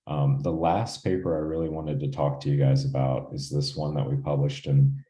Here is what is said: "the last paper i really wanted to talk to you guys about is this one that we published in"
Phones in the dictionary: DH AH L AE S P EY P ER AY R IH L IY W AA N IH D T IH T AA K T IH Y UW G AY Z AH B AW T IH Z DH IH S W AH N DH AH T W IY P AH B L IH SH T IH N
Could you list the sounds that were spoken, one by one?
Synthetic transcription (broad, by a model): DH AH L AE S P EY P ER AY R IH L IY W AA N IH D T IH T AA K T IH Y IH G AY Z AH B AW T IH Z DH IH S W AH N DH AH T W IY P AH B L IH SH T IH N